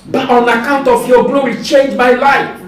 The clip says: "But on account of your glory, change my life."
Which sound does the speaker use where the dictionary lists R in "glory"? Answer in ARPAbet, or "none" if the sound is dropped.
W